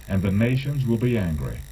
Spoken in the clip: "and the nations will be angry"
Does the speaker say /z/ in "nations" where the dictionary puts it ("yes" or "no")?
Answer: yes